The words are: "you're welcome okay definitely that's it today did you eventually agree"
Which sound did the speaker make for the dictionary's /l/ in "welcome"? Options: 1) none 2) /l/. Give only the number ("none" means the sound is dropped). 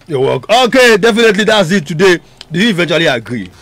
1